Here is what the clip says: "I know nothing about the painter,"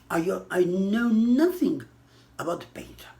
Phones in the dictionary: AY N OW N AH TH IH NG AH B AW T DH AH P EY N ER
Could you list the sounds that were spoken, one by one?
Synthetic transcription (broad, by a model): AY N OW N AH TH IH NG AH B AW T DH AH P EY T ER